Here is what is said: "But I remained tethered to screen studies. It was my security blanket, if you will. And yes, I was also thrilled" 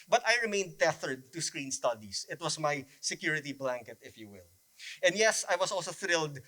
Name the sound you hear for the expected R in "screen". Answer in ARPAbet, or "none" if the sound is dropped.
R